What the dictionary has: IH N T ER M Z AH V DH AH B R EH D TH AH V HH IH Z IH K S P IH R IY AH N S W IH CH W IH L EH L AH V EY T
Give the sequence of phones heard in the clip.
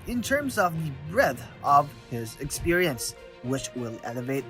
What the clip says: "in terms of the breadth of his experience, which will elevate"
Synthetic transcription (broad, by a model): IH N T ER M Z AH V DH AH B R EH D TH AH V HH IH Z IH K S P IH R IY AH N S W IH CH W IH L EH L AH V EY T